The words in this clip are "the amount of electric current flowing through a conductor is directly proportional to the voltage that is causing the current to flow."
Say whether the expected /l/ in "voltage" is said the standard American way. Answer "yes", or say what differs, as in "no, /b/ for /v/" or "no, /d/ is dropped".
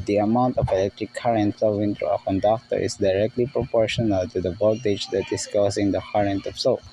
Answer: no, /l/ is dropped